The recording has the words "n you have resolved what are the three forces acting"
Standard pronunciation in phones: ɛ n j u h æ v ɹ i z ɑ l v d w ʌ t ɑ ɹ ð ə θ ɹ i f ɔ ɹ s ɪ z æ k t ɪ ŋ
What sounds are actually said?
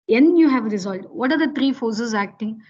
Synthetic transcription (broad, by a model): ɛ n j u h æ v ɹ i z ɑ l d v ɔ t ɑ ɹ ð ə t ɹ i f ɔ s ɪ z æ k t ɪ ŋ